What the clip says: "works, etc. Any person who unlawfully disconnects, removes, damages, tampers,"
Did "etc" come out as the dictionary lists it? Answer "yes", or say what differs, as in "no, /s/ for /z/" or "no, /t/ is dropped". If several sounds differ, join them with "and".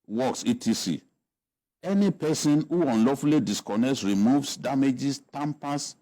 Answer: no, /s/ is dropped